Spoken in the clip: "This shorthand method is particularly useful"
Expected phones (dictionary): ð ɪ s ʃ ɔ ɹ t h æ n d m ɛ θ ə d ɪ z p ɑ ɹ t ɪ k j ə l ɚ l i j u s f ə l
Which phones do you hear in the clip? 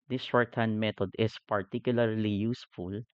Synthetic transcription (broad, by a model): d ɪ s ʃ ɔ ɹ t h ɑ n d m ɛ t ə d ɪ s p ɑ ɹ t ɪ k j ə l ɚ l i j u s f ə l